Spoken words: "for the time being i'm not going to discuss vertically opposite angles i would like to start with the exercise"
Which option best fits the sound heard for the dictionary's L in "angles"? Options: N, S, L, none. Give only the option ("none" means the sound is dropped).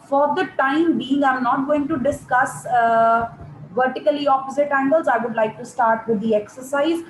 L